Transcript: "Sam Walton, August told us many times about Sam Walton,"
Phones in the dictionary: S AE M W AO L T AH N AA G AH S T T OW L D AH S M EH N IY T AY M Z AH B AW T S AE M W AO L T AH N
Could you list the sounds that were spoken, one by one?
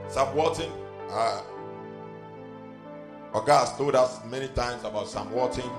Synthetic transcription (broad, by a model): S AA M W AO T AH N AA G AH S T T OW D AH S M EH N IY T AY M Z AH B AW T S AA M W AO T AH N